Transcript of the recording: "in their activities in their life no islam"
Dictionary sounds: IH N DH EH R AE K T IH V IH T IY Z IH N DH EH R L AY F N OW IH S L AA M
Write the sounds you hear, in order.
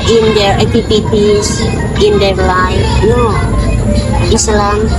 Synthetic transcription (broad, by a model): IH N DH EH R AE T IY P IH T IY S IH N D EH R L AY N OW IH S L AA M